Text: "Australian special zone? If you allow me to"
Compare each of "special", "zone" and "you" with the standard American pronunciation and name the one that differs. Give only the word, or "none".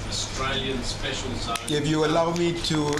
zone